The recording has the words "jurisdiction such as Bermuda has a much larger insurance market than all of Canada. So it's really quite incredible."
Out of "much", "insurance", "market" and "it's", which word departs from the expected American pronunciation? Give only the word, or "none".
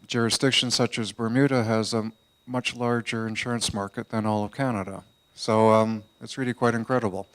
none